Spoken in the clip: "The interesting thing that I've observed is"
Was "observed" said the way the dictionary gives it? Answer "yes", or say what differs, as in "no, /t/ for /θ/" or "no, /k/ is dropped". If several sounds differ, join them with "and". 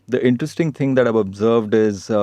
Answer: yes